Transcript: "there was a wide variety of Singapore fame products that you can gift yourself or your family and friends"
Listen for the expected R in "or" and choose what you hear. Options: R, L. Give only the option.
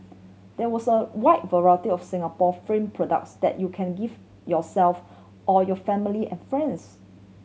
L